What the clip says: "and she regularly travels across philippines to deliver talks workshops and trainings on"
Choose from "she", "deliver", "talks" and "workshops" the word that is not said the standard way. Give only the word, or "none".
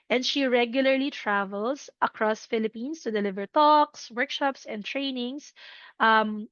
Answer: none